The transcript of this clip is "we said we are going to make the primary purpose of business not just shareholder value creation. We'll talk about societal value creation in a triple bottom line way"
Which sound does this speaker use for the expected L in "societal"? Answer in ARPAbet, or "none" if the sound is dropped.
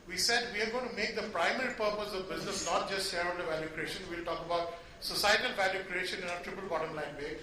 L